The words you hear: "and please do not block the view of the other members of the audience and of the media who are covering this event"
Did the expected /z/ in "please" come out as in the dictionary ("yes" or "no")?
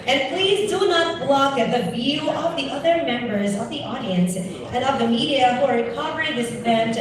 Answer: yes